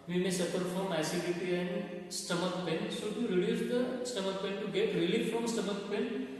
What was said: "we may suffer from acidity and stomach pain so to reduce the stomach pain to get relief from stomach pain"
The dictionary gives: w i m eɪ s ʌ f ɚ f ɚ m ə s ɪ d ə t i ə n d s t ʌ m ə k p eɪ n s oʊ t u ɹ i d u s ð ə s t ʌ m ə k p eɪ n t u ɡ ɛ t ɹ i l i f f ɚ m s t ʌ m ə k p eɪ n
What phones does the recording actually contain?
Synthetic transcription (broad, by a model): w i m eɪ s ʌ p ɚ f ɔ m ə s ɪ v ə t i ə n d s t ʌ m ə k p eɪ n s oʊ t u ɹ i d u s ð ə s t ʌ m ə k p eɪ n t u ɡ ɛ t ɹ i l i f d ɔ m s t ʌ m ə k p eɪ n